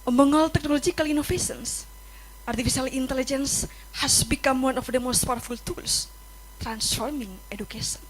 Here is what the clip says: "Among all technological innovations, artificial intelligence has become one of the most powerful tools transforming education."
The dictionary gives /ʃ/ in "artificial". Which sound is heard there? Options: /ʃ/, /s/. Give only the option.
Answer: /s/